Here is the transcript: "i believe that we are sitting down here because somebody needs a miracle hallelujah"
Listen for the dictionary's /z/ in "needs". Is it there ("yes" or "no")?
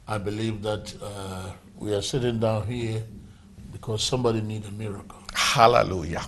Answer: no